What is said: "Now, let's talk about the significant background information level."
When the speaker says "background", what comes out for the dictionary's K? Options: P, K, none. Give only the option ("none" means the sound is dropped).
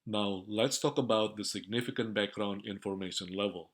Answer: K